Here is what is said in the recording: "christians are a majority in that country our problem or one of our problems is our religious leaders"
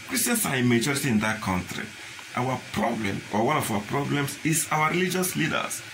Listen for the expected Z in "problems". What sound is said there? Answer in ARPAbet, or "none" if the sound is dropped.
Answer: S